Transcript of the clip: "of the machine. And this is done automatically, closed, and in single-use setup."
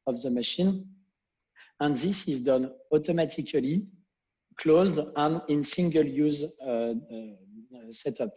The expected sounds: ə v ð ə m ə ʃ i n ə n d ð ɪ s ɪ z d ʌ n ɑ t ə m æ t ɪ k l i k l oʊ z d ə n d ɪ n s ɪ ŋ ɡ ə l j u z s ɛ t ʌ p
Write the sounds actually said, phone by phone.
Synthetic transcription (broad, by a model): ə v ð ə m ə ʃ i n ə n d ð ɪ s ɪ z d ʌ n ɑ t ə m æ t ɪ k l i k l oʊ z d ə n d ɪ n s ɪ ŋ ɡ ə l j u z s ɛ t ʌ p